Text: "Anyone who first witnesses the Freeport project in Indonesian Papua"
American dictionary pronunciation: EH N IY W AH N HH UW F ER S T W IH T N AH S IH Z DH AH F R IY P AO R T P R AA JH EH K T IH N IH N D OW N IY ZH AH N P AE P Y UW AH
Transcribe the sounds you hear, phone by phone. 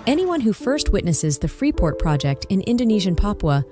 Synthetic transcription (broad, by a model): EH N IY W AH N HH UW F ER S T W IH T N AH S IH Z DH AH F R IY P AO R T P R AA JH EH K T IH N IH N D OW N IY ZH AH N P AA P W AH